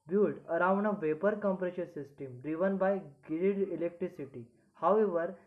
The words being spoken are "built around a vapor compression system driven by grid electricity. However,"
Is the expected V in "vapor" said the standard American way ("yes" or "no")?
yes